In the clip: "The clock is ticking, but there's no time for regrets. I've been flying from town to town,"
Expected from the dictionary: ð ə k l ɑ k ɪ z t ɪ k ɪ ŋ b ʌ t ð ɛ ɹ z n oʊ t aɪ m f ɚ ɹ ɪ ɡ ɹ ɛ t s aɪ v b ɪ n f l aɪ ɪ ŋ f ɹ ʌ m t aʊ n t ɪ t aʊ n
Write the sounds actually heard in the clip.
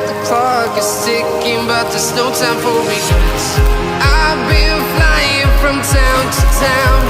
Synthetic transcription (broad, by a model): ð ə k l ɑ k ɪ z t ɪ k ɪ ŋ b ʌ t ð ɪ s n oʊ t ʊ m f ɚ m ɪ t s aɪ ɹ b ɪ l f l aɪ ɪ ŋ f ɹ ʌ m t aʊ n t ɪ t aʊ n